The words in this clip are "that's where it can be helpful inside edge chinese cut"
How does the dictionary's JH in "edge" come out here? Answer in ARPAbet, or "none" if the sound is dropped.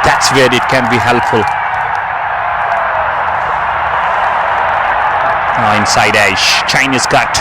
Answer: SH